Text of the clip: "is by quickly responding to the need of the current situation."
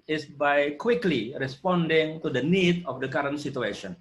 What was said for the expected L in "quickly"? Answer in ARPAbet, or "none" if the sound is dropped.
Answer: L